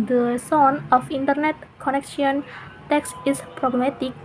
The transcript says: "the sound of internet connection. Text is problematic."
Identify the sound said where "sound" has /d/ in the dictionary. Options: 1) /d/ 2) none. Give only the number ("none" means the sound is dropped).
2